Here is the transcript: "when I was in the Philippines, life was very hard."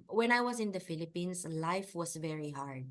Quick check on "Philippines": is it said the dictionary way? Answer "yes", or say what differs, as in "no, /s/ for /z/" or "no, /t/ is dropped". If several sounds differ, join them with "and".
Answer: no, /s/ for /z/